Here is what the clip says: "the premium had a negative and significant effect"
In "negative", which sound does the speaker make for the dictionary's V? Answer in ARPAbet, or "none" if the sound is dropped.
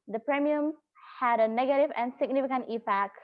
V